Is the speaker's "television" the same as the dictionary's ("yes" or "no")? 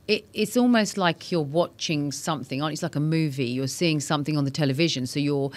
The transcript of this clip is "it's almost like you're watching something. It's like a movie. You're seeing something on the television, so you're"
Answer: yes